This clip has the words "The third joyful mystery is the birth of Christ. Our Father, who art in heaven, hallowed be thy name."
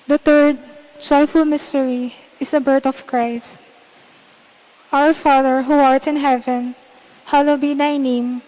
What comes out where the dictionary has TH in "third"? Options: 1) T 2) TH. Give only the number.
1